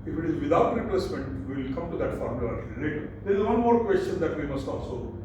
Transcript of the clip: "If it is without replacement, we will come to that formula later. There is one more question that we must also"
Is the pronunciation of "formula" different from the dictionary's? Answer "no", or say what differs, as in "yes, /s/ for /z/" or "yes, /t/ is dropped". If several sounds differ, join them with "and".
yes, /l/ is dropped